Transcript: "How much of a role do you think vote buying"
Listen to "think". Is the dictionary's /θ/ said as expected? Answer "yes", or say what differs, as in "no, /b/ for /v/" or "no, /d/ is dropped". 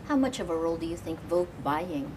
yes